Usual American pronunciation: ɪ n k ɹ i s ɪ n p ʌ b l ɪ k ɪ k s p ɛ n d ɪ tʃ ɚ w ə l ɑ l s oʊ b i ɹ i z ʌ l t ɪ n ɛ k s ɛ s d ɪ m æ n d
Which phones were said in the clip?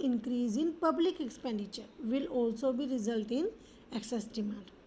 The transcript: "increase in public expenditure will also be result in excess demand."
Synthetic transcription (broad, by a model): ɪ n k ɹ i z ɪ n p ʌ b l ɪ k ɪ k s p ɛ n d ɪ tʃ ɚ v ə l ɑ l s oʊ b i ɹ i z ʌ l t ɪ n ɛ k s ɛ s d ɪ m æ n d